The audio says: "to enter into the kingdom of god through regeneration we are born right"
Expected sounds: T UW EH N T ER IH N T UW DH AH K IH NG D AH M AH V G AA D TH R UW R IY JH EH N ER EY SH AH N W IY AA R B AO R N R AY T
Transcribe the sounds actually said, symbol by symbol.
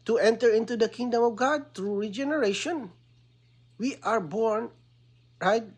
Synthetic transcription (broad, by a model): T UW EH N T ER IH N T UW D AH K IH NG D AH M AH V G AA D T R UW R IY JH EH N ER EY SH AH N W IY AA R B AO R N R AY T